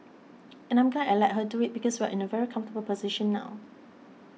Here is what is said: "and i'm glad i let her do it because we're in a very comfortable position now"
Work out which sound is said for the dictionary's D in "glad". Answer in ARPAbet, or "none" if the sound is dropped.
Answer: none